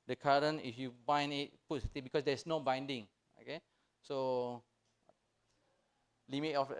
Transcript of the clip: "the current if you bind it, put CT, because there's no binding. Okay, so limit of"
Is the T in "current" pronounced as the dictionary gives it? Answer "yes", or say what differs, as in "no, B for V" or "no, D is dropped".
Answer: no, T is dropped